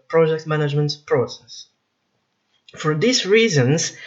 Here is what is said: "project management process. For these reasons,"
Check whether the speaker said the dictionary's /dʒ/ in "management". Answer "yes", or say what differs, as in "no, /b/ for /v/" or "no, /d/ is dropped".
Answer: yes